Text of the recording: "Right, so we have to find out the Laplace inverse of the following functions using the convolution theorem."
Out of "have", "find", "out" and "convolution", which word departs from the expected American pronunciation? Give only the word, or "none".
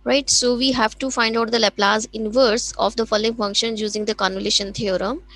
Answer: convolution